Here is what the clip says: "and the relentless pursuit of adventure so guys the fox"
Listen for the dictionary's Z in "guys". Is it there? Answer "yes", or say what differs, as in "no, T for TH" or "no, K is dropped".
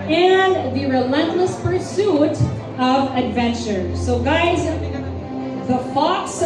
yes